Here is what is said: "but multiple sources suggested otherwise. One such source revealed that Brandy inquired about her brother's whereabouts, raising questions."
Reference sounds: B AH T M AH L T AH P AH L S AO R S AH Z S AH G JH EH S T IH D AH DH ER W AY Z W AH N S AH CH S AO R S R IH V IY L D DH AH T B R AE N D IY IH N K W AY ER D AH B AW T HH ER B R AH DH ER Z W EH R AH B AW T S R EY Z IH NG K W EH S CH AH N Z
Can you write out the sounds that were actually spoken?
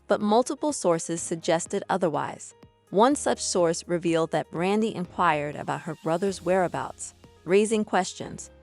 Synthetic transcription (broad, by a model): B AH T M AH L T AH P L S AO R S AH Z S AH G JH EH S T IH D AH DH ER W AY Z W AH N S AH CH S AO R S R IH V IY L D DH AH T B R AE N D IY IH N K W AY ER D AH B AW T HH ER B R AH DH ER Z W EH R AH B AW T S R EY Z IH NG K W EH S CH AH N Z